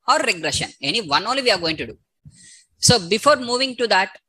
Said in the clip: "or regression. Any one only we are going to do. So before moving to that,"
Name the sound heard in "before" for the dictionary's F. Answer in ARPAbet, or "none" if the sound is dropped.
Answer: F